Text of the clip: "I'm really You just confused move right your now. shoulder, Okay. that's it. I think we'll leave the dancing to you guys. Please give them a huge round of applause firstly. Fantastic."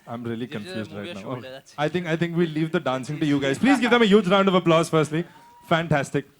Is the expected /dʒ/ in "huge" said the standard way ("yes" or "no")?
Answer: yes